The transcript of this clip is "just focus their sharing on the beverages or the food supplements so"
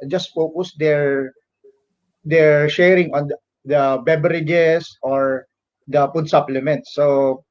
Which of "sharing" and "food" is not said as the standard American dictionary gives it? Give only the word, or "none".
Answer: food